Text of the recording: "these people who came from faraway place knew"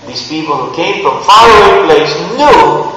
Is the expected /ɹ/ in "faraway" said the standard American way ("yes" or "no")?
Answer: no